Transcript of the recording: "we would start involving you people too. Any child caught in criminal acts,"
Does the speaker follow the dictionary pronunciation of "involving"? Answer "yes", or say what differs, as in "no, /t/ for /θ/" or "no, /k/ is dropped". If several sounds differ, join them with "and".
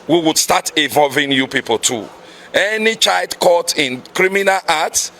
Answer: no, /n/ is dropped